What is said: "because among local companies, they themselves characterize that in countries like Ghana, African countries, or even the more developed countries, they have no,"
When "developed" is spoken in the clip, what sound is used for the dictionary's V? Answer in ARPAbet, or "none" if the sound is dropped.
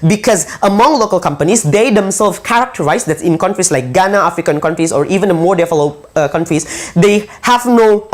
F